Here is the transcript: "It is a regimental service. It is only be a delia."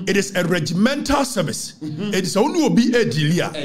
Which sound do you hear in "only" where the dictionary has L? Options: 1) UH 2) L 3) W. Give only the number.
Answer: 3